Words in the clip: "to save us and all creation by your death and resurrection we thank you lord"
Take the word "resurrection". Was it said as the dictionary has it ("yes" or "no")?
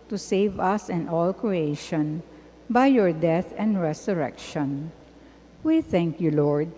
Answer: no